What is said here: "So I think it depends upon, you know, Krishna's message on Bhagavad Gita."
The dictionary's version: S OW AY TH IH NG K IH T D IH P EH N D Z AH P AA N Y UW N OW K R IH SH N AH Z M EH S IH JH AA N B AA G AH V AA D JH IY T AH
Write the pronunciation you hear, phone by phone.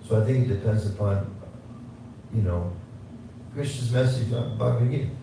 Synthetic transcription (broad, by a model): S OW AY TH IH NG K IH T D IH P EH N D Z AH P AA N Y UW N OW K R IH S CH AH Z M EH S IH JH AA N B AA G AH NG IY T